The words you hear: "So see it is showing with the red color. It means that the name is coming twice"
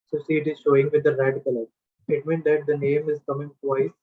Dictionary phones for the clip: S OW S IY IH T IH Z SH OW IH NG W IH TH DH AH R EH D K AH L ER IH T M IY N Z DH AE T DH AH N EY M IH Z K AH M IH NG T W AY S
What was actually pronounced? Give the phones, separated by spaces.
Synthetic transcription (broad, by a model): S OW S IY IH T IH Z SH OW IH NG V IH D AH R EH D K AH L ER IH T M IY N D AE T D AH N EY M IH Z K AH M IH NG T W AY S